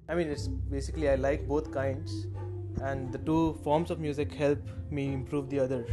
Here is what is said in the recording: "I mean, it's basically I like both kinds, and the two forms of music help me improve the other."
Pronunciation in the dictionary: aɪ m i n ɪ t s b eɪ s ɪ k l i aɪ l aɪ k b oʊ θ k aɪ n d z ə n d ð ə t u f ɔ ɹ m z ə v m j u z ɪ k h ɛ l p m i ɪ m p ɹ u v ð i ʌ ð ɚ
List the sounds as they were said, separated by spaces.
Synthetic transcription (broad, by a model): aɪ m i n ɪ t s b eɪ s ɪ k l i aɪ l aɪ k b oʊ t k aɪ n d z ə n d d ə t u f ɔ ɹ m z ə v m j u z ɪ k h ɛ l p m i ɪ m p ɹ u v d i ʌ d ɚ